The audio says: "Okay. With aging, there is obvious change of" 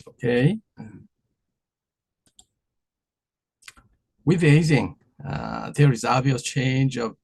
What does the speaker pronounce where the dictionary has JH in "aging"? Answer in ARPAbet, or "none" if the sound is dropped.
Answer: Z